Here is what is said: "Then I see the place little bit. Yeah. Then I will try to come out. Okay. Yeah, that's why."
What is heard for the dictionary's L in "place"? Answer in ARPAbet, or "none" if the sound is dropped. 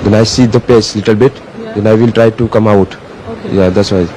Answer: none